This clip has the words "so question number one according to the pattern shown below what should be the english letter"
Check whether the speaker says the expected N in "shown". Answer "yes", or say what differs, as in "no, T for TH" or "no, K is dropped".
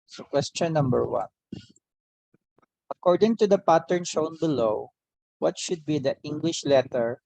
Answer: yes